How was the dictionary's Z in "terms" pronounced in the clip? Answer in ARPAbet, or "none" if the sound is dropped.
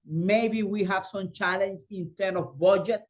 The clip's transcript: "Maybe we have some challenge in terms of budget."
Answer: none